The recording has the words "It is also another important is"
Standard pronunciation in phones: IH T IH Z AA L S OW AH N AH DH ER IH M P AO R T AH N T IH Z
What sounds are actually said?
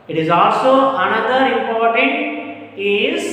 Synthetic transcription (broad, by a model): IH T IH Z AA L S OW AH N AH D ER IH M P AO R T AH N T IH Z